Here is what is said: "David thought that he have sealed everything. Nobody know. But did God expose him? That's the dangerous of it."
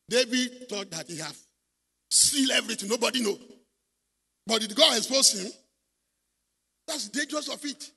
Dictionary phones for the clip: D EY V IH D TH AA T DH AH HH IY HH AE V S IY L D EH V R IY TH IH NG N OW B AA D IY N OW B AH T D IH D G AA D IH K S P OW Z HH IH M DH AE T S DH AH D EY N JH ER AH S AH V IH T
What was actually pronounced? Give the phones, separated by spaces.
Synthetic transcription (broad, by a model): D EY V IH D T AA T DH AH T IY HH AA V S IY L EH V R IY T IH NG N OW B AA D IY N OW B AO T D IH D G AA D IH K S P OW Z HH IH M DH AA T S D EY N JH ER AH S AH F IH T